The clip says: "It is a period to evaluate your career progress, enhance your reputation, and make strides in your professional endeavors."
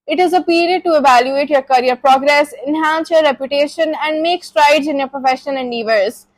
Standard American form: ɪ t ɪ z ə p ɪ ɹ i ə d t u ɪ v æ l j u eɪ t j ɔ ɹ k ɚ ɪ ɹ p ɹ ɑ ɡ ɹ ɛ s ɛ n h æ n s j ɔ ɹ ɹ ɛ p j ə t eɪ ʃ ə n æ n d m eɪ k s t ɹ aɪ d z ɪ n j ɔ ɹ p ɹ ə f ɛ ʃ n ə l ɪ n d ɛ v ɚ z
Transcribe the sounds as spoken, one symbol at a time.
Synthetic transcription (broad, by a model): ɪ t ɪ z ə p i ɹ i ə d t u ɪ v æ l j u eɪ t j ɔ ɹ k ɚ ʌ ɹ p ɹ ɑ ɡ ɹ ɛ s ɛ n h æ n s j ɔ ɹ ɹ ɛ p j ə t eɪ ʃ ə n æ n d m eɪ k s t ɹ aɪ d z ɪ n j ɔ ɹ p ɹ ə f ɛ ʃ ə n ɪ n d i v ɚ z